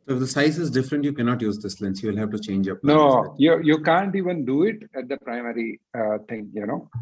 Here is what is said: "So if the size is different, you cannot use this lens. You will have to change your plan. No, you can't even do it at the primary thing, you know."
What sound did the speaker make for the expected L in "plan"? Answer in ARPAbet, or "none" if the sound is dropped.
N